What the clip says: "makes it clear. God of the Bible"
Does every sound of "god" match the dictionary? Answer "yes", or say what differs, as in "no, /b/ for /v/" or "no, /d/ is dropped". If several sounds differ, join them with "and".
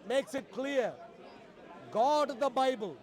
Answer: yes